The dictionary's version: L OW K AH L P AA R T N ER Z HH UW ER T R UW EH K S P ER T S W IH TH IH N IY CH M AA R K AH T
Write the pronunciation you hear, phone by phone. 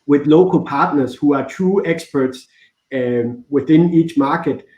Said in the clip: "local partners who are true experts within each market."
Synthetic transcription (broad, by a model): L OW K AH L P AA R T N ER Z HH UW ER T UW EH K S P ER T S W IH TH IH N IY CH M AA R K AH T